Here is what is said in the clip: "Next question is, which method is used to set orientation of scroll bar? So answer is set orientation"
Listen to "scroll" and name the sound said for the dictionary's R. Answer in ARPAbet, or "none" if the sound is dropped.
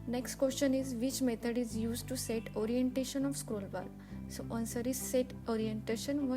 R